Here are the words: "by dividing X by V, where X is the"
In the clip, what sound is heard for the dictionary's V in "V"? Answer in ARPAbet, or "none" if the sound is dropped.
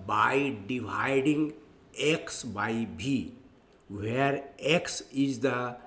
B